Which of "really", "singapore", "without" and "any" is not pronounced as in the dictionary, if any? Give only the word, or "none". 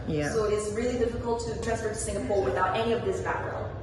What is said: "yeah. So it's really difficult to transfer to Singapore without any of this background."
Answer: none